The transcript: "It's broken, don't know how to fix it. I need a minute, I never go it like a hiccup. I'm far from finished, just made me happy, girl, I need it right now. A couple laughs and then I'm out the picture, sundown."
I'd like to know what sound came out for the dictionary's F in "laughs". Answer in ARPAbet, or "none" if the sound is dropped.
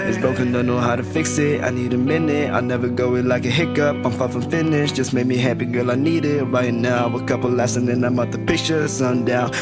none